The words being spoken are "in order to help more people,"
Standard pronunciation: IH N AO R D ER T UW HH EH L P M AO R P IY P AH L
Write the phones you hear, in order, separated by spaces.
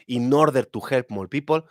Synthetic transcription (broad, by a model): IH N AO R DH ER T UW HH EH L P M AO L P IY P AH L